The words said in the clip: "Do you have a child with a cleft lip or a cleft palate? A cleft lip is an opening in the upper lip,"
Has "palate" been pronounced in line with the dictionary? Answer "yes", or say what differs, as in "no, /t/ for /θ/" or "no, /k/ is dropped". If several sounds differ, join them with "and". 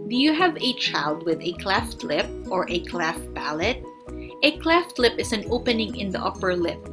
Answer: no, /b/ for /p/